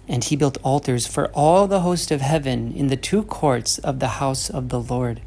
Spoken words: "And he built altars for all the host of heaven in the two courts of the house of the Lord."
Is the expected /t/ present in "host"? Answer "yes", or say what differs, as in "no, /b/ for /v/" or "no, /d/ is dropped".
yes